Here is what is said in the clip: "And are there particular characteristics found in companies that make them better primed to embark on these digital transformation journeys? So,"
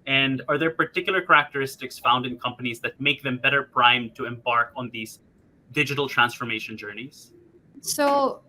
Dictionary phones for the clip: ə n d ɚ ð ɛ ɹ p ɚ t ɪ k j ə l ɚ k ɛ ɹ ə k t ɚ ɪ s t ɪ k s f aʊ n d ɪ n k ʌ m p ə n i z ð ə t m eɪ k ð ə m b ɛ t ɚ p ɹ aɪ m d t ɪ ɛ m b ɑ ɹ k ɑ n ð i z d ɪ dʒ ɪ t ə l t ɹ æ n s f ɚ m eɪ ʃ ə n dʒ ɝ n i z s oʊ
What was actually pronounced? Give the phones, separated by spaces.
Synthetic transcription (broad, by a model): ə n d ɚ ð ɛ ɹ p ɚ t ɪ k j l ɚ k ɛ ɹ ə k t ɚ ɪ s t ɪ k s f aʊ n d ɪ n k ʌ m p ə n i z ð ə t m eɪ k ð ə m b ɛ t ɚ p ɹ aɪ m t ɪ ɛ m b ɑ ɹ k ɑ n ð i z d ɪ dʒ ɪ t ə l t ɹ æ n s f ɚ m eɪ ʃ ə n dʒ ɝ n i z s oʊ